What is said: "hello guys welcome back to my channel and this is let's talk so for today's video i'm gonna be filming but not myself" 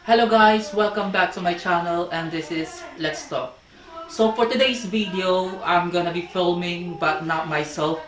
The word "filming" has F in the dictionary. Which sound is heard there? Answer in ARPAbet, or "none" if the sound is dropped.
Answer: F